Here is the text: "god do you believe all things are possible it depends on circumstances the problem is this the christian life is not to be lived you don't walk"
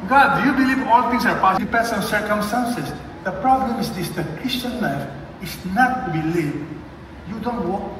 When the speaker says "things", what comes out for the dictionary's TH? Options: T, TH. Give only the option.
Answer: T